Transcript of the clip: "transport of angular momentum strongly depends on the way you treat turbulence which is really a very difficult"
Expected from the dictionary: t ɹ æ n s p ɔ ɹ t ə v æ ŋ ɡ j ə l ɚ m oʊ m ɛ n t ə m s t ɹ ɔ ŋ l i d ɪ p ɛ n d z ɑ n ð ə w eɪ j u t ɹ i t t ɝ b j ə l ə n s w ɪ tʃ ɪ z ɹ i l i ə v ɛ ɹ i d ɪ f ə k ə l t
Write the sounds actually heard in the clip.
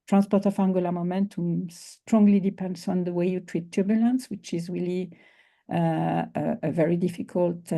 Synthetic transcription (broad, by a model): t ɹ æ n s p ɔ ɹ t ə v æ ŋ ɡ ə l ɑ m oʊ m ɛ n t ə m s t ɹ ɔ ŋ l i d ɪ p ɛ n d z ɑ n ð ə w eɪ j u t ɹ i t t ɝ b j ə l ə n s w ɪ tʃ ɪ z ɹ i l i ə v ɛ ɹ i d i f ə k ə l t